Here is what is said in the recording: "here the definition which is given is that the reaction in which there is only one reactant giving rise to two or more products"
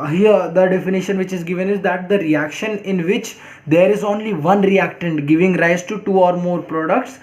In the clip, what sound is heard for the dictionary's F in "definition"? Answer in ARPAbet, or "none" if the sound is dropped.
F